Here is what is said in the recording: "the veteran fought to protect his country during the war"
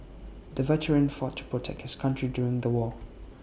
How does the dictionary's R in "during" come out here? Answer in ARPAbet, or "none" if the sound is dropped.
R